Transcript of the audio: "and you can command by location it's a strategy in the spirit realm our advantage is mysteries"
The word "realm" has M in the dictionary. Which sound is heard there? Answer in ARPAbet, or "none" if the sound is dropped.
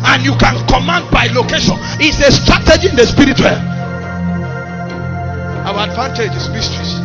none